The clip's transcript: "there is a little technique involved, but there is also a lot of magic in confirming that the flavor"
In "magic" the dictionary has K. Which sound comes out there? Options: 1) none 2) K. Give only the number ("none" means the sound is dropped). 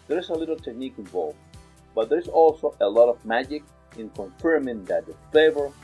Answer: 2